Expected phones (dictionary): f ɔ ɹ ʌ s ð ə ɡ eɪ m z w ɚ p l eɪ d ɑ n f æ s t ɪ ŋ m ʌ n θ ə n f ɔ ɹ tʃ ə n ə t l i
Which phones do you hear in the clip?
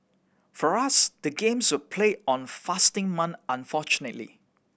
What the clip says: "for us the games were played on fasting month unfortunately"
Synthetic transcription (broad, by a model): f ɔ ɹ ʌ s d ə ɡ eɪ m s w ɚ p l eɪ ɑ n f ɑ s t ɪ ŋ m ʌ n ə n f ɔ tʃ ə n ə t l i